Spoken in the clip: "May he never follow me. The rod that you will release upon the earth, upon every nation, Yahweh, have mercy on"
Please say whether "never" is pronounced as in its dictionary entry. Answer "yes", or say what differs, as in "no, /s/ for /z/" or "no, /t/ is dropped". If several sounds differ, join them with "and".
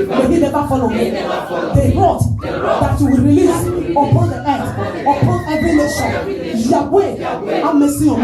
no, /b/ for /v/